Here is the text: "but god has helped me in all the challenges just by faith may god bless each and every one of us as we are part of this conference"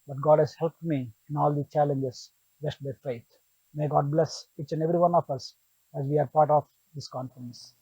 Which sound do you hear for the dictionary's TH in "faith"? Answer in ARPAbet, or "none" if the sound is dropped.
T